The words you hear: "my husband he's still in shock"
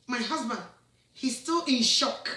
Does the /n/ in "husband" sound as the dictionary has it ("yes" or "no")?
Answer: yes